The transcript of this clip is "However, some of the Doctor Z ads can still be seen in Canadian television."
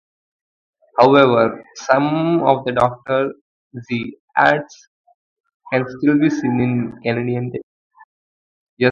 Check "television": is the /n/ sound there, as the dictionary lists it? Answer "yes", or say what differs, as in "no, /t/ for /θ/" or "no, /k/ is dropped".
no, /n/ is dropped